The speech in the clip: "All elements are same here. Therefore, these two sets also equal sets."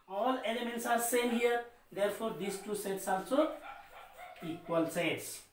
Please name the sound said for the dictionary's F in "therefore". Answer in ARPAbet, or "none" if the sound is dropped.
P